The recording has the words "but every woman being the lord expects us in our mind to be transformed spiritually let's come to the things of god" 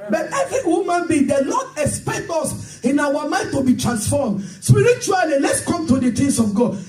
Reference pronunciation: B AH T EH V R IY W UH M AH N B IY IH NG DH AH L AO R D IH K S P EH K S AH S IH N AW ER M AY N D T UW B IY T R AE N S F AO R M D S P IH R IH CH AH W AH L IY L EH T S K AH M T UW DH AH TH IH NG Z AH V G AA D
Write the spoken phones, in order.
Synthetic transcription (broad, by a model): B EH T EH V R IY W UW M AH N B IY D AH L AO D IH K S P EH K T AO S IH N AW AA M AY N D T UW B IY T R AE N S F AO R M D S P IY R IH CH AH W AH L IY L EH T S K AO M T UW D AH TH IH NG S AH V G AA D